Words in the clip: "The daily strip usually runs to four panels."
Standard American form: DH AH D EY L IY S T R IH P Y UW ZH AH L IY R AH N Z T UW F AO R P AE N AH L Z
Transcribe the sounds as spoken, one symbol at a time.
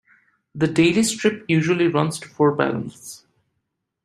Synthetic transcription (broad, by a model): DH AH D EY L IY S T R IH P Y UW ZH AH L IY R AH N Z T UW F AO R B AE L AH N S